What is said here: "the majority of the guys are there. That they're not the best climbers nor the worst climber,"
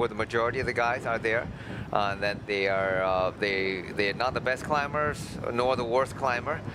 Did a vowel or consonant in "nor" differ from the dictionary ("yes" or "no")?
no